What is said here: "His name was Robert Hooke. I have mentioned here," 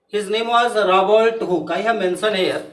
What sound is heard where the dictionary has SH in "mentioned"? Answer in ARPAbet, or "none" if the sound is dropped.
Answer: S